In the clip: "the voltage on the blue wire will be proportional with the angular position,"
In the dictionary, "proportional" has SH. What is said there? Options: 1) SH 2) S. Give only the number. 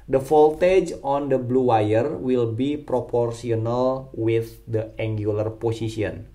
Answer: 2